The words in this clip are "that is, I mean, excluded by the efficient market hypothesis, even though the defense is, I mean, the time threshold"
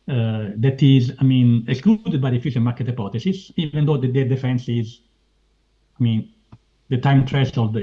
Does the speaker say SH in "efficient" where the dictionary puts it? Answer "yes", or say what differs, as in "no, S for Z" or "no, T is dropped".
no, S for SH